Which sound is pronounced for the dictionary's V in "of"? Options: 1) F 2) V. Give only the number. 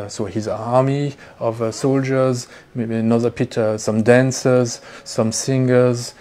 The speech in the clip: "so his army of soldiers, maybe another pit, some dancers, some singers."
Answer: 2